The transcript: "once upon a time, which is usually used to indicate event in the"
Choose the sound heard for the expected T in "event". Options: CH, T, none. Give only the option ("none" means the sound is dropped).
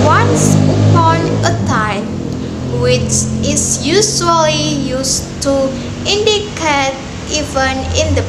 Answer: none